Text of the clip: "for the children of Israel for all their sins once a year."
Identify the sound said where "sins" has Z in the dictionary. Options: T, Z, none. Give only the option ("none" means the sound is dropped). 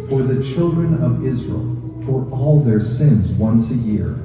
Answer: Z